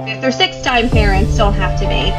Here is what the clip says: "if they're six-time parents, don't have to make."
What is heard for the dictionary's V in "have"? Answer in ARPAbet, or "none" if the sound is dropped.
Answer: F